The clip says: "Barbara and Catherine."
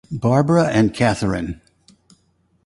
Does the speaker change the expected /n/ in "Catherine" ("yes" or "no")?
no